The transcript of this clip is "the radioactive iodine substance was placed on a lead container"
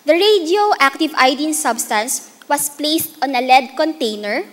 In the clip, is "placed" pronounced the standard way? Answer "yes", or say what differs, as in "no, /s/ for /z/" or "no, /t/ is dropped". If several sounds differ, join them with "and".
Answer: yes